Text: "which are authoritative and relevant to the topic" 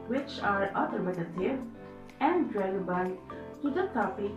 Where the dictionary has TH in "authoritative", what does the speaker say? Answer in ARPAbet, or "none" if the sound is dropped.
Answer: T